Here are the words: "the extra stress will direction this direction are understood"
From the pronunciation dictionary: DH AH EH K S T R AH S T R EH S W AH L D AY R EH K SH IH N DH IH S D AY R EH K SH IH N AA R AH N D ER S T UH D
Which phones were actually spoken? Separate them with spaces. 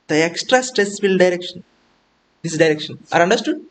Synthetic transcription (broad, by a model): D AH EH K S T R AH S T R EH S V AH L D AY R EH K SH IH N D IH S D AY R EH K SH IH N AA R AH N D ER S T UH D